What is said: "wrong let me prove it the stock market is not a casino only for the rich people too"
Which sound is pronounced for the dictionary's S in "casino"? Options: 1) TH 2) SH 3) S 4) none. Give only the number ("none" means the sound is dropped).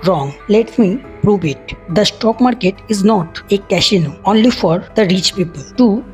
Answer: 2